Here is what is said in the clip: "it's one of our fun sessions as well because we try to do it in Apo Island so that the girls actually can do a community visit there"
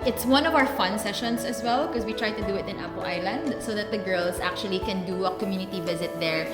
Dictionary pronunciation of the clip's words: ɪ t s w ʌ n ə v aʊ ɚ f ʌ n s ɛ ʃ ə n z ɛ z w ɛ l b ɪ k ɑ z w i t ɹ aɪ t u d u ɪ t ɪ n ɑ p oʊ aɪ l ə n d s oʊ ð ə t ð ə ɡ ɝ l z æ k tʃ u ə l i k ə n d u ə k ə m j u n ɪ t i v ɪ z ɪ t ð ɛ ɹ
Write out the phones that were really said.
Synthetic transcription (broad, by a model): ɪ t s w ʌ n ə v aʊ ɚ f ʌ n s ɛ ʃ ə n s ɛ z w ɛ l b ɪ k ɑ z w i t ɹ aɪ t u d u ɪ t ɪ n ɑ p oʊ aɪ l ə n d s oʊ ð ə t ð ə ɡ ɝ l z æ k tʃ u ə l i k ə n d u ə k ə m j u n ɪ t i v ɪ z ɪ t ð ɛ ɹ